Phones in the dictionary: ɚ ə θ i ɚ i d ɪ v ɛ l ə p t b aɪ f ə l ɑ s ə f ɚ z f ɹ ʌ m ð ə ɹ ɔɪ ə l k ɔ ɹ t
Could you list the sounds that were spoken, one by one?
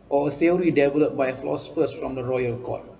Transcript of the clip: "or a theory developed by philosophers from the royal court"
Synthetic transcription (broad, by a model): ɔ ə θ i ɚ i d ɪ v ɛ l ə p b aɪ f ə l ɑ s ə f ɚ s f ɹ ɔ m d ə ɹ ɔɪ ə l k ɔ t